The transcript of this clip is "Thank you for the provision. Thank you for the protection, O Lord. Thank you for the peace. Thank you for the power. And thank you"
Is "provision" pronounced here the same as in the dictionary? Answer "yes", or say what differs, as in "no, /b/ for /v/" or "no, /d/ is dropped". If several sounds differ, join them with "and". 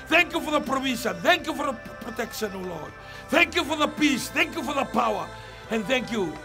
no, /s/ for /ʒ/